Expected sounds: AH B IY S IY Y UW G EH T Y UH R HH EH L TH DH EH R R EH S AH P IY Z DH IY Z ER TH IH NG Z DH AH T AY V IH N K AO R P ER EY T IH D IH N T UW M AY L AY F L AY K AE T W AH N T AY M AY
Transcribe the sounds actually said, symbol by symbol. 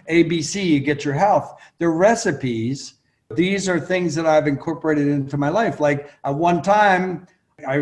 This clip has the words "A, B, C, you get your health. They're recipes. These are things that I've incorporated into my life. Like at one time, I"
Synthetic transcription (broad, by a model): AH B IY S IY Y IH G EH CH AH R HH EH L TH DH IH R R EH S AH P IY Z DH IY Z ER TH IH NG Z DH AH T AY V IH N K AO R P ER EY T IH D IH N T UW M AY L AY F L AY K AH T W AH N T AY M AY